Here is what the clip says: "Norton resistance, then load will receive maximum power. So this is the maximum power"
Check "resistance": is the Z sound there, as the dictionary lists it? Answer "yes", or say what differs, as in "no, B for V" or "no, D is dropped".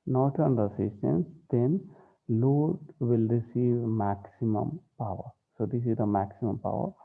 no, S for Z